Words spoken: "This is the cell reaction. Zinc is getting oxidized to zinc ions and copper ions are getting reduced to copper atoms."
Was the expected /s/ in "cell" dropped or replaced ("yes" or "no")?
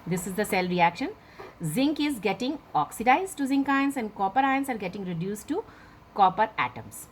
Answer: no